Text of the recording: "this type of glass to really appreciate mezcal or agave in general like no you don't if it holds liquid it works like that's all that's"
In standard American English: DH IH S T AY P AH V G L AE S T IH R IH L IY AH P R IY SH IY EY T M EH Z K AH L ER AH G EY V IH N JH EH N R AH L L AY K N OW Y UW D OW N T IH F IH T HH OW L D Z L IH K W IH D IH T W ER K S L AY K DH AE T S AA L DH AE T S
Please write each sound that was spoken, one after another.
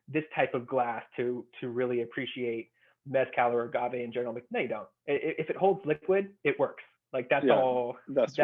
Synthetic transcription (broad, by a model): DH IH S T AY P AH V G L AE S T IH R IH L IY AH P R IY SH IY EY T M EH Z K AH L ER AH G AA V IH N JH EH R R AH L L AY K N OW Y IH D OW N T IH F IH T HH OW L D Z L IH K W IH D IH T W ER K S L AY K DH AE T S AA L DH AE